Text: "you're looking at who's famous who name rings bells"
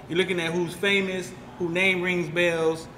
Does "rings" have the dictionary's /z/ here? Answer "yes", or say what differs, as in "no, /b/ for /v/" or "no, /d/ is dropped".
yes